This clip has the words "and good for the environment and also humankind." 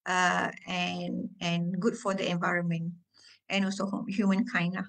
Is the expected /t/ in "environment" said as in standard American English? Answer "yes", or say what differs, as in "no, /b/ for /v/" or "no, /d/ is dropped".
yes